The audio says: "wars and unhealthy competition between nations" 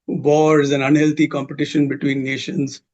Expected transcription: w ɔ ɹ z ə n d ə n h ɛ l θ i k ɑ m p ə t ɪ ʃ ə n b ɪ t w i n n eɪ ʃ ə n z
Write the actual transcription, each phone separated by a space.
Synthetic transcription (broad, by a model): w ɔ ɹ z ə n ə n h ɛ l t i k ɑ m p ə t ɪ ʃ ə n b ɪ t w i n n eɪ ʃ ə n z